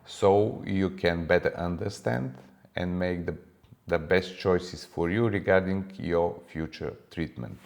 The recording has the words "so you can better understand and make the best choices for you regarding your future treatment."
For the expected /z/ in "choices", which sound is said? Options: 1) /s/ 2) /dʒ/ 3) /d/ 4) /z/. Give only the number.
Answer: 1